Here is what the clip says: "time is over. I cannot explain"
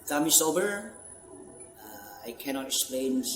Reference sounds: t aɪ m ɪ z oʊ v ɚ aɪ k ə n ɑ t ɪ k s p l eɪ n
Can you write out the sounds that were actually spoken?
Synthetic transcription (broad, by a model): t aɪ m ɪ s oʊ b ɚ aɪ k ə n ɑ t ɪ k s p l eɪ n